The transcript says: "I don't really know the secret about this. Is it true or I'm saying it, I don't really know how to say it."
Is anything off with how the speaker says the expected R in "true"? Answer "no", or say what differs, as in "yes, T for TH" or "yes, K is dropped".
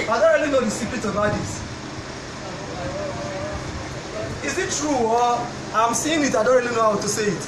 no